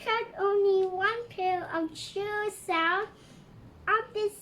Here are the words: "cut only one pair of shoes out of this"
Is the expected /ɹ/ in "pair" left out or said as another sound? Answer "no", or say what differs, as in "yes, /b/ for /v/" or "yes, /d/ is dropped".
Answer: yes, /l/ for /ɹ/